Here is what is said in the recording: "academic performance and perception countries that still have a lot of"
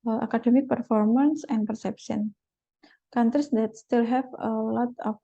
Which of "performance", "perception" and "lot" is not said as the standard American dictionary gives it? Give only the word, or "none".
none